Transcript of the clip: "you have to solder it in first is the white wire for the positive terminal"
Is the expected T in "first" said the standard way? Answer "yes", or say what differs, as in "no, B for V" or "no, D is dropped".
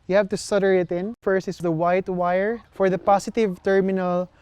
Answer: no, T is dropped